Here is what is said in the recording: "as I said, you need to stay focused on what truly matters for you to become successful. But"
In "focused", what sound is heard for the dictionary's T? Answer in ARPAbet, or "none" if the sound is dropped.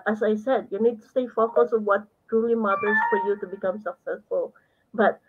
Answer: none